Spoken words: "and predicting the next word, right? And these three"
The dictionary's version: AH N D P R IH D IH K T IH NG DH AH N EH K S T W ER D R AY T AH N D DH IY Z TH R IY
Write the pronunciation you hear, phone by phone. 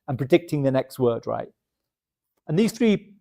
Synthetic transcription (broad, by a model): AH N P R IH D IH K T IH NG DH AH N EH K S T W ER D R AY T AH N DH IY Z TH R IY